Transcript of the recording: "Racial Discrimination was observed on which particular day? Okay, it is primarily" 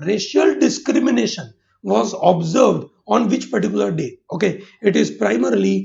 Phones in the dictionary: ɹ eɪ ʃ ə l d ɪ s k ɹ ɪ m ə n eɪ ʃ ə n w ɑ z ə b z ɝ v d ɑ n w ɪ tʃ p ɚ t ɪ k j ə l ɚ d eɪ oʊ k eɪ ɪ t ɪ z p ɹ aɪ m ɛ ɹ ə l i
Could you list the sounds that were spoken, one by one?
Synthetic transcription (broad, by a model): ɹ eɪ ʃ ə l d ɪ s k ɹ ɪ m ə n eɪ ʃ ə n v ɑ z ə b z ɝ v d ɑ n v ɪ tʃ p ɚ t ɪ k j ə l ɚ d eɪ oʊ k eɪ ɪ t ɪ z p ɹ aɪ m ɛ ɹ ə l i